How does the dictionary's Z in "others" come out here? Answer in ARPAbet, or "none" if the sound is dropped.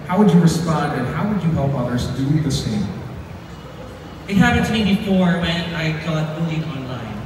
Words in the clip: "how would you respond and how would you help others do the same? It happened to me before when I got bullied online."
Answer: Z